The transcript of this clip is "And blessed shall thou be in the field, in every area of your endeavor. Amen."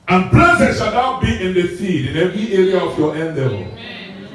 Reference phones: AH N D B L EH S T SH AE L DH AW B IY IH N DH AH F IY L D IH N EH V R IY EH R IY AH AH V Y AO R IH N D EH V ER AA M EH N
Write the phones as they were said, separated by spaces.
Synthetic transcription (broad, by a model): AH N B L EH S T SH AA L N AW B IY IH N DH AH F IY D IH N EH V R IY EH R IY AH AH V Y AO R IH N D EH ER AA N